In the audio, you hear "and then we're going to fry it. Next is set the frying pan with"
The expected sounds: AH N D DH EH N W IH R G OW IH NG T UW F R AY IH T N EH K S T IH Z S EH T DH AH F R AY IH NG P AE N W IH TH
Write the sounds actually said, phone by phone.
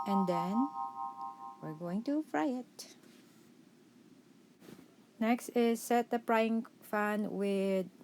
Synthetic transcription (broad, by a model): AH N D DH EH N W IH R G OW IH NG T UW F R AY IH T N EH K S T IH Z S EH T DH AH P R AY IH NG F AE N W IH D